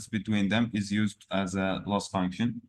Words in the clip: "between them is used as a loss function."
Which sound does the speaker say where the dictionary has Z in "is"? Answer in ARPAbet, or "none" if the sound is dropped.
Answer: Z